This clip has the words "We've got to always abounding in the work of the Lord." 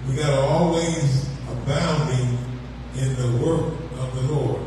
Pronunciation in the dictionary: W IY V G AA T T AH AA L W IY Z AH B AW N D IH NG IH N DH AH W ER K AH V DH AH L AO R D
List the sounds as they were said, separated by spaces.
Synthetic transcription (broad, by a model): W IY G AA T T AA L W IY Z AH B AW N D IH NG IH N DH AH W ER K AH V DH AH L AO R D